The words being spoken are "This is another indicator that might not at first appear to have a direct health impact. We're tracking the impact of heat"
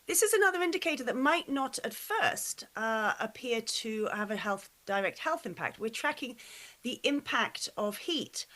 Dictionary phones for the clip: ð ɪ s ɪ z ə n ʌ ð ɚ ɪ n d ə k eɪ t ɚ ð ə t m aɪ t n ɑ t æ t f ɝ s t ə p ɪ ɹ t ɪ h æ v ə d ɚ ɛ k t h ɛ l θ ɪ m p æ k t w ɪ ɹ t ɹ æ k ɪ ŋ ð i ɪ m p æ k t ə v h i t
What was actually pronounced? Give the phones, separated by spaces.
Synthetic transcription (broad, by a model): ð ɪ s ɪ z ə n ʌ ð ɚ ɪ n d ə k eɪ t ɚ ð ə t m aɪ t n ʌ t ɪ t f ɝ s t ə p ɪ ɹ t ɪ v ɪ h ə d ɚ ɛ k t h ɛ l θ ɪ m p æ k t w ɪ ɹ t ɹ æ k ɪ ŋ ð i ɪ m p æ k t ə v h i t